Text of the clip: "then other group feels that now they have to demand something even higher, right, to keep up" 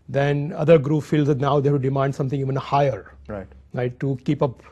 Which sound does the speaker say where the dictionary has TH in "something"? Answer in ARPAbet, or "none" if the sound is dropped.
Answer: T